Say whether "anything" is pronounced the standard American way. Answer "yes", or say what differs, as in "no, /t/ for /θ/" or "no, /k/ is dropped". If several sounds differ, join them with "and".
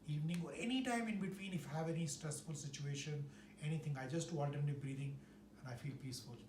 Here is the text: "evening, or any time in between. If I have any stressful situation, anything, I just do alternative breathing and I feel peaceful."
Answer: no, /t/ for /θ/